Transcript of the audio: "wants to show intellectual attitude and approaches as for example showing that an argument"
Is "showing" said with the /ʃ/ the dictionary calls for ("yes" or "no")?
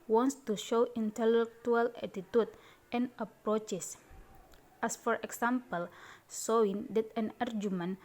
no